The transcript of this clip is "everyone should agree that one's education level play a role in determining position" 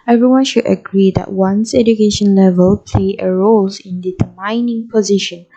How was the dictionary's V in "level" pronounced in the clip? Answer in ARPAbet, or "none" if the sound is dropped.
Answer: V